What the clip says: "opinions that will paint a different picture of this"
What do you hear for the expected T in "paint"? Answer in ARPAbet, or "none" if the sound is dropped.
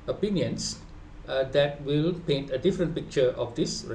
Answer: T